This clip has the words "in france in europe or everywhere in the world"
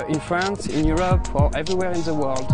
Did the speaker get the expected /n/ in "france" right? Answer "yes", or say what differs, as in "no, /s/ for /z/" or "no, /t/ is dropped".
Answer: yes